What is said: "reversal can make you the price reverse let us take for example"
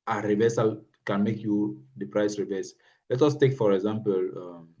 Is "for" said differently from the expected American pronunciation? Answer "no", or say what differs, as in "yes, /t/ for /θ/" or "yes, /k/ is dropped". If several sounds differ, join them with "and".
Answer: no